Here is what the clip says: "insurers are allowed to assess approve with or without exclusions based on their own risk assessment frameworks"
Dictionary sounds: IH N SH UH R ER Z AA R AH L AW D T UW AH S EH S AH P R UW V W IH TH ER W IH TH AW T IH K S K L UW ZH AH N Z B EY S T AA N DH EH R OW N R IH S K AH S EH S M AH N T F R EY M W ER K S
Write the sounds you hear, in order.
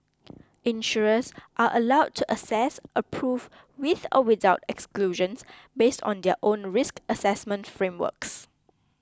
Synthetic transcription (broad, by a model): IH N SH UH R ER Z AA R AH L AW D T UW AH S EH S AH P R UW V W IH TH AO W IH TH AW T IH K S K L UW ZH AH N S B EY S T AA N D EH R OW N R IH S K AH S EH S M AH N T F R EY M W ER K S